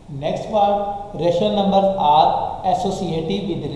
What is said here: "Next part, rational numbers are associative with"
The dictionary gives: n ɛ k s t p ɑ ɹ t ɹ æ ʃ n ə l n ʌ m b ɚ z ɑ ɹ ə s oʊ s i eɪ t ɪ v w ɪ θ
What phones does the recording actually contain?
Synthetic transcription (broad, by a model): n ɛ k s t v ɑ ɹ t ɹ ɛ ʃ ə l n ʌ m b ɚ ɑ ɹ ə s oʊ s i eɪ t ɪ v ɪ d